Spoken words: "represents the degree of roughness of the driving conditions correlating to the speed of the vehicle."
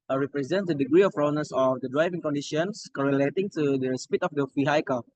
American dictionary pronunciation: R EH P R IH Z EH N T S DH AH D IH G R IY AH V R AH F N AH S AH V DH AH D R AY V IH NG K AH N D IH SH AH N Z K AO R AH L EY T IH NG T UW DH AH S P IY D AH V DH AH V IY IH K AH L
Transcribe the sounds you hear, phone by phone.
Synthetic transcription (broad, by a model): R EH P R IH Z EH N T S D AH D IH G R IY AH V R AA N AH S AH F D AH D R AY V IH NG K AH N D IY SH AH N S K AO R AH L EY T IH NG T UW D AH S P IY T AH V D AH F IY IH K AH